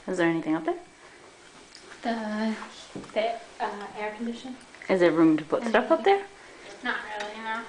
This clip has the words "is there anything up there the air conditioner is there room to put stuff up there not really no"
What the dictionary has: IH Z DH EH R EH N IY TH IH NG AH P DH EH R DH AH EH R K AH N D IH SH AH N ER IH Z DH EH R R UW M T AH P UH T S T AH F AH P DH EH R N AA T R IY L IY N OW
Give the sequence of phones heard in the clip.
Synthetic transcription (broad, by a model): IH Z DH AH R EH N IY TH IH NG AH P DH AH R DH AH EH R K N D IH SH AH N IH Z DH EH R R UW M T AH P UH T S T AH F AH P DH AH R N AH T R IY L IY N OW